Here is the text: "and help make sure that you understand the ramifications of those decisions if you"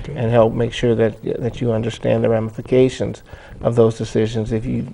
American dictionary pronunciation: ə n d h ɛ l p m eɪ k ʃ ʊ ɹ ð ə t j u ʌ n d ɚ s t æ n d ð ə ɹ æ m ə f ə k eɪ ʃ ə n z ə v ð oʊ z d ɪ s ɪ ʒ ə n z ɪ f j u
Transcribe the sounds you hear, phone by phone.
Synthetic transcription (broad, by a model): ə n h ɛ l p m eɪ k ʃ ʊ ɹ ð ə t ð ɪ ʌ n d ɚ s t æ n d ð ə ɹ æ m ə f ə k eɪ ʃ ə n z ə v ð oʊ z d ɪ s ɪ ʒ ə n z ɪ f j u